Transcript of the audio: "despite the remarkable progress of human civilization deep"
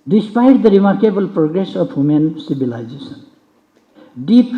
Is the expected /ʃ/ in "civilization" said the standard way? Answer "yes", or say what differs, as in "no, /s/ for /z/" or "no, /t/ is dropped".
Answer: no, /s/ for /ʃ/